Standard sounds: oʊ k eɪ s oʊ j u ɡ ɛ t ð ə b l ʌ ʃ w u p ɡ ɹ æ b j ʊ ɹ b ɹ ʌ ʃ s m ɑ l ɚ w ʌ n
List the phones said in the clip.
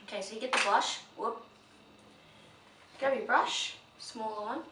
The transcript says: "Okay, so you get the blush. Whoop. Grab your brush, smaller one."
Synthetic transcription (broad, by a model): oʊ k eɪ s oʊ j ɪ ɡ ɛ t ð ə b l ʌ ʃ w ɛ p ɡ ɔ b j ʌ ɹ b ɹ ʌ ʃ s m ɑ l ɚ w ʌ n